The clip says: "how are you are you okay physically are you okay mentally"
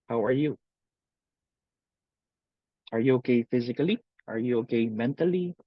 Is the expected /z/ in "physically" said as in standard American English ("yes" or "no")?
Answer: yes